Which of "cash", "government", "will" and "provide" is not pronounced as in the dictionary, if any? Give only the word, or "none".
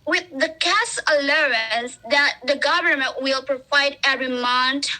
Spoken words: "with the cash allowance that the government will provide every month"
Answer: cash